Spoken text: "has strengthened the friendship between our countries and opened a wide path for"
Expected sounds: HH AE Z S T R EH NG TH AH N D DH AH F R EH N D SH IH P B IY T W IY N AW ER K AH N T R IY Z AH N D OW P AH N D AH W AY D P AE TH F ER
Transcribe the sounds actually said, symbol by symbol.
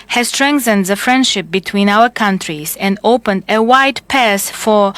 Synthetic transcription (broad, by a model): HH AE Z S T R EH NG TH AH N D DH AH F R EH N D SH IH P B IY T W IY N AW ER K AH N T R IY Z AH N D OW P AH N D AH W AY D P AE S F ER